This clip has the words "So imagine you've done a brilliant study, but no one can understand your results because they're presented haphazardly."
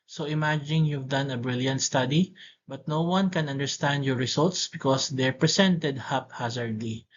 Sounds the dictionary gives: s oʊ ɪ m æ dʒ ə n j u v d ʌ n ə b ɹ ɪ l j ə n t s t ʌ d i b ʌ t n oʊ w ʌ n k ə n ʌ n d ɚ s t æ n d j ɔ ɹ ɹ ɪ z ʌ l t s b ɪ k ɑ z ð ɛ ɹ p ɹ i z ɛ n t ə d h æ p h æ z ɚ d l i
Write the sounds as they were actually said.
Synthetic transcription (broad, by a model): s oʊ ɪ m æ dʒ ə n j u v d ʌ n ə b ɹ ɪ l j ə n t s t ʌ d i b ʌ t n oʊ w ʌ n k ə n ʌ n d ɚ s t æ n d j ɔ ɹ ɹ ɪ s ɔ l t s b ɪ k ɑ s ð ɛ ɹ p ɹ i s ɛ n t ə d h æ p h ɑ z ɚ d l i